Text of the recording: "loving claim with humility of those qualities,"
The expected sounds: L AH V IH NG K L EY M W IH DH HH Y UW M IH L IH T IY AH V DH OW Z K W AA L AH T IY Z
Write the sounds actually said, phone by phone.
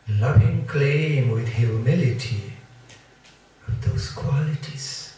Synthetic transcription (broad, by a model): L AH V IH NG K L EY M W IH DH HH Y UW M IH L IH T IY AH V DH OW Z K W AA L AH T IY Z